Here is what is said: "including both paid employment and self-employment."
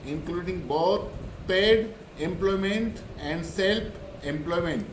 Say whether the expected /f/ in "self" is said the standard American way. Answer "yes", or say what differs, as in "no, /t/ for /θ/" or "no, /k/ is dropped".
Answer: no, /p/ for /f/